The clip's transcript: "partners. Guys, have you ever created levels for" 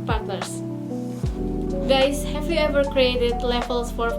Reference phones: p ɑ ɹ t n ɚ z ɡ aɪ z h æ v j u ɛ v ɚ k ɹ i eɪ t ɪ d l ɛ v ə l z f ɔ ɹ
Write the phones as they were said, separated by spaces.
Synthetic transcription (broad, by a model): p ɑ ɹ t n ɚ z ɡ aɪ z h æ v j u ɛ v ɚ k ɹ i eɪ t ɪ d l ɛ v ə l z f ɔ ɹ